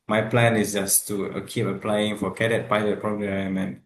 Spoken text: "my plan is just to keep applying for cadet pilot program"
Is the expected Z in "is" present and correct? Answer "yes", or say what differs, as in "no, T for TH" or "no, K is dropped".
no, S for Z